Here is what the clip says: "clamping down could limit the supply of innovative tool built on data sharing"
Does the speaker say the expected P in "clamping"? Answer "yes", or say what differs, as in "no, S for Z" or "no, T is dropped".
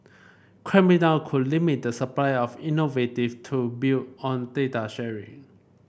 no, P is dropped